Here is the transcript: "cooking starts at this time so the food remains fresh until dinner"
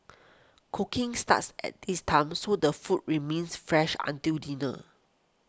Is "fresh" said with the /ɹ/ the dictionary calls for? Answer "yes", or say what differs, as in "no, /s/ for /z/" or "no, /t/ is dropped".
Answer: yes